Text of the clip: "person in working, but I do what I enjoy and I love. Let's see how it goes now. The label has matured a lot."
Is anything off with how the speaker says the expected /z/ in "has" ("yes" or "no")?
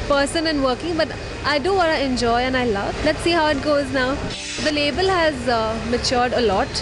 no